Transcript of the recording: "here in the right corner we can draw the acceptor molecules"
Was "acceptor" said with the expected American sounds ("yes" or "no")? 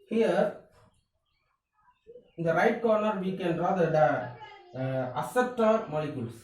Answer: no